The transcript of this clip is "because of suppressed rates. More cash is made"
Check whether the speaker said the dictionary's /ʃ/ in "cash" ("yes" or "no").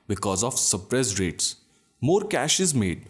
yes